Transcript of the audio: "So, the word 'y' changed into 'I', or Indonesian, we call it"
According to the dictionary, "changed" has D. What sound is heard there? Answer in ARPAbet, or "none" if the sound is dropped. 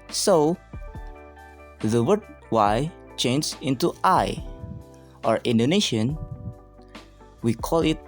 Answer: none